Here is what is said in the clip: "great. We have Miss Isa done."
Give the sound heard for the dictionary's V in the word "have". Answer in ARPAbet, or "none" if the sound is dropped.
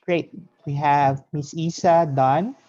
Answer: V